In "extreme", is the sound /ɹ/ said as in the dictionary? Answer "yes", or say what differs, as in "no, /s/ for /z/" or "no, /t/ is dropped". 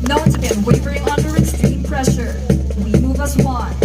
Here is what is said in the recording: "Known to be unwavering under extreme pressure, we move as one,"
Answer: no, /ɹ/ is dropped